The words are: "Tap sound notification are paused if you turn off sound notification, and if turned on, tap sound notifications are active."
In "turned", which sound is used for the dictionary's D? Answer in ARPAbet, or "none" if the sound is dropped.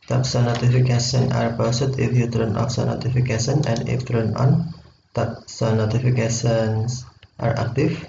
none